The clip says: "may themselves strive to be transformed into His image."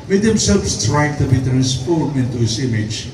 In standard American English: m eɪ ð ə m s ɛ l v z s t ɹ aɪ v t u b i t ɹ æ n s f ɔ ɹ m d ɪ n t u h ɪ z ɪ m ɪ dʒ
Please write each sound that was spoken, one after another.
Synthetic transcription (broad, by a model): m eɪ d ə m s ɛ l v s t ɹ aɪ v t u b i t ɹ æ n s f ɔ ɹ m ɪ n t u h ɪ s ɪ m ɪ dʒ